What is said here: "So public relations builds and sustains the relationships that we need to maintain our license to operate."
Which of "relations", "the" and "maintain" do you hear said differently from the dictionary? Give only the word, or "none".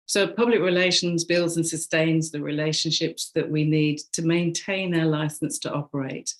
none